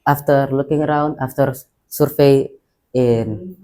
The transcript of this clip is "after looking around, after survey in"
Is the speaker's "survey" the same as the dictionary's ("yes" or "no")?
no